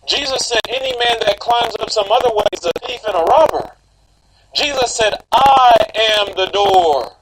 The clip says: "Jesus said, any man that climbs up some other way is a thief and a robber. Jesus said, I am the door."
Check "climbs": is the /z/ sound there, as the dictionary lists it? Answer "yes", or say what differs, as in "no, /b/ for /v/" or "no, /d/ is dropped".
yes